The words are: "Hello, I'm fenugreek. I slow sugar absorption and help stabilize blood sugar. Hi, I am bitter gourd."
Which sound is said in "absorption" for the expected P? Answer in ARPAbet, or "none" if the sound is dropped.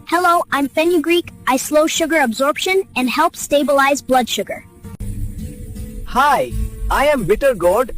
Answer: P